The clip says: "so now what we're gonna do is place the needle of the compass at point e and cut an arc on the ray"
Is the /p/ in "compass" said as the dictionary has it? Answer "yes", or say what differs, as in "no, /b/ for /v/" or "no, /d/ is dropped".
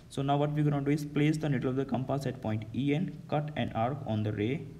yes